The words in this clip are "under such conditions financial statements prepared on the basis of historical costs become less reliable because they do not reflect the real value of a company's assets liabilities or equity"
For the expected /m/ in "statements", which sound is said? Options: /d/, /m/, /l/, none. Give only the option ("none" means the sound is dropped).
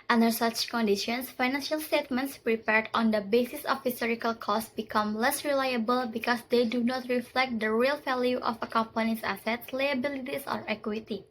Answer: /m/